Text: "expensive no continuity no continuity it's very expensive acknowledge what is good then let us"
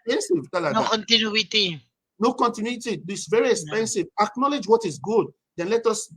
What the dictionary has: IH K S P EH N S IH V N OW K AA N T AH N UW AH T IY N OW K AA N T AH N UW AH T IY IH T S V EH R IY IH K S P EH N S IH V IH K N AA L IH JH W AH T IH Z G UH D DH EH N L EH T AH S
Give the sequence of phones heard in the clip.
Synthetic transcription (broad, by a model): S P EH N S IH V N OW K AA N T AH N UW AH T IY N OW K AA N T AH N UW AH T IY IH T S V EH R IY IH K S P EH N S IH V IH K N AA L IH JH W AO T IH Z G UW D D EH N L EH T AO S